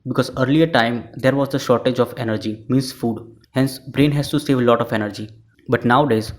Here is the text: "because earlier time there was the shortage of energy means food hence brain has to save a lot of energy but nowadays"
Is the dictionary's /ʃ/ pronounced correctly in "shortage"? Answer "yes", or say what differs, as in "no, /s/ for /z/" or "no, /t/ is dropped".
yes